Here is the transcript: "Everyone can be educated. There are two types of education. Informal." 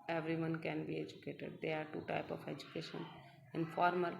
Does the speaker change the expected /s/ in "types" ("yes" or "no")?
yes